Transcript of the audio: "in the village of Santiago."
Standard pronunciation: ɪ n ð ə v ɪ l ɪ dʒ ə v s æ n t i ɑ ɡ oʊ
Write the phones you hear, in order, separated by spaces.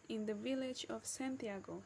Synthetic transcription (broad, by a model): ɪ n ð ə v ɪ l ɪ dʒ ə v s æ n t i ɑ ɡ oʊ